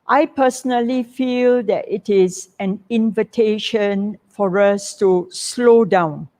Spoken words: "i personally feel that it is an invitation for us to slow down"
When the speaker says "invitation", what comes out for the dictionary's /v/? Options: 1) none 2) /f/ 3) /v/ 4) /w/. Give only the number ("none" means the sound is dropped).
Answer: 3